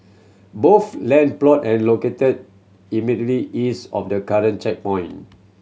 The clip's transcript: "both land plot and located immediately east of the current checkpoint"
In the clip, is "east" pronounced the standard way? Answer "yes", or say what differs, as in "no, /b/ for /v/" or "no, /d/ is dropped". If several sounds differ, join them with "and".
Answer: no, /t/ is dropped